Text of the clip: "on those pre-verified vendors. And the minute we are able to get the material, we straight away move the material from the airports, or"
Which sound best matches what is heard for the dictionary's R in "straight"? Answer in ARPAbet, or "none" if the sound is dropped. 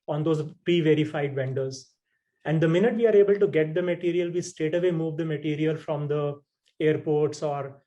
none